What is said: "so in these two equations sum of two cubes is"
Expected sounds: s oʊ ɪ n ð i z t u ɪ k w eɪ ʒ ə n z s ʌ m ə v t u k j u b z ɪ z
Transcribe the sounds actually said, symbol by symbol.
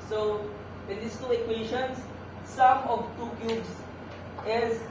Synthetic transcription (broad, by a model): s oʊ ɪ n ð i s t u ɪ k w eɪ ʃ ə n s ʌ m ə v t u k j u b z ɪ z